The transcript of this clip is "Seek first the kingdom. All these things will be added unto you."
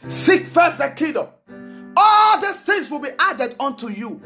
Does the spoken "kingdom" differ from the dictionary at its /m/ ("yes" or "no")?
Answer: yes